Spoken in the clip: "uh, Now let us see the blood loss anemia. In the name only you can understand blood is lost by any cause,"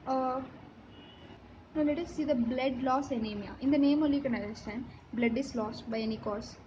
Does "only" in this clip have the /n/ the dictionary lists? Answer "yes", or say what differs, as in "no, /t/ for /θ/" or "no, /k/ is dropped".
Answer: no, /n/ is dropped